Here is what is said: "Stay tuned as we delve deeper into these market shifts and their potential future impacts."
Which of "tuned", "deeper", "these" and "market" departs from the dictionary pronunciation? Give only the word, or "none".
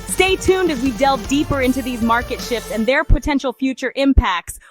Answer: none